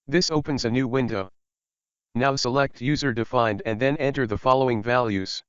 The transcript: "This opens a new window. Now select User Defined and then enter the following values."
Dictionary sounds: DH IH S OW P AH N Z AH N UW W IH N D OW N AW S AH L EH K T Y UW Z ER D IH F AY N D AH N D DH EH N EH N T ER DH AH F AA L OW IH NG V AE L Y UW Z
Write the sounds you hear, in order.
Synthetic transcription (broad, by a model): DH IH S OW P AH N Z AH N UW W IH N D OW N AW S AH L EH K T Y UW Z ER D IH F AY N D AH N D DH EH N EH N T ER DH AH F AA L OW IH NG V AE L Y UW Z